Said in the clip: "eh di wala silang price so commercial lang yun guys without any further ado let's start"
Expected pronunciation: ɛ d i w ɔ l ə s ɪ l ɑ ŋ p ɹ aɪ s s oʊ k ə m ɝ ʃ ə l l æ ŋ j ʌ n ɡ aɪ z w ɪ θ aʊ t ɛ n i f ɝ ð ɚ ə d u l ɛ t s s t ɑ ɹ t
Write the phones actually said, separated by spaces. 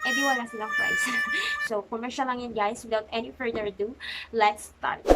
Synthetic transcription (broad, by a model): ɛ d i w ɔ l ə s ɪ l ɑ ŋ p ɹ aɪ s s oʊ k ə m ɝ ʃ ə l l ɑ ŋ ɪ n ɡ aɪ s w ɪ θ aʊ t ɛ n i f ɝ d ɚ d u l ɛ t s s t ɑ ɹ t